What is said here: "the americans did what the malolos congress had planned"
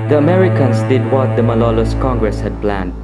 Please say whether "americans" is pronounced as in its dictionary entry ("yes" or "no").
no